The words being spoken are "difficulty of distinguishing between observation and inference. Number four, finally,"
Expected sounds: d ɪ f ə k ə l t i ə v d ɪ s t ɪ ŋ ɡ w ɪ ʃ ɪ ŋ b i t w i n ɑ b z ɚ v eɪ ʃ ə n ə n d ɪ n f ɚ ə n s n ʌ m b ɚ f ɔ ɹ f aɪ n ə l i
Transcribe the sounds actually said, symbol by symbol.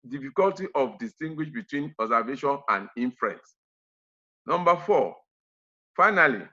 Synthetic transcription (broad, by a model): d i f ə k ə l t i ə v d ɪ s t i ŋ ɡ w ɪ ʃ b i t w i n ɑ z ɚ v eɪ ʃ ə n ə n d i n f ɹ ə n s n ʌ m b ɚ f ɔ f aɪ n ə l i